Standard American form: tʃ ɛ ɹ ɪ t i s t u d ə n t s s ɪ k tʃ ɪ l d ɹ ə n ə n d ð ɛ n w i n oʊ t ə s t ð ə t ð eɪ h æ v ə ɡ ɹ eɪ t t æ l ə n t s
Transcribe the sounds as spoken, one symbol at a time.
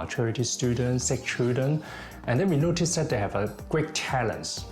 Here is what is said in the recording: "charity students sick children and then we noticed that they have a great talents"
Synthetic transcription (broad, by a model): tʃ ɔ ɹ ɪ t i s t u d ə n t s s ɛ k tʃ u d ə n ə n d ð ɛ n w i n oʊ t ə s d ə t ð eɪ h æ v ə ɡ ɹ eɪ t t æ l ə n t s